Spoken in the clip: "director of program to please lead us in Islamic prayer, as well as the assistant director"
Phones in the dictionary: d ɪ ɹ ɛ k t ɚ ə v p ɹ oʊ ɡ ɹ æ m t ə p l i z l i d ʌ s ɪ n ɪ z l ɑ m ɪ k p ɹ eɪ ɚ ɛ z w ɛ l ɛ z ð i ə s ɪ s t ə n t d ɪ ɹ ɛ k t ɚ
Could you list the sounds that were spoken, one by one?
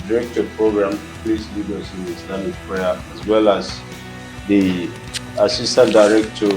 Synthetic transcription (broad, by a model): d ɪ ɹ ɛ k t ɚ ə p ɹ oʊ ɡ ɹ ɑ m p l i s l i d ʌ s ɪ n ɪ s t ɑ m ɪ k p ɹ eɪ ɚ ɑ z w ɛ l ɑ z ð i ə s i s t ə n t d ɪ ɹ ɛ k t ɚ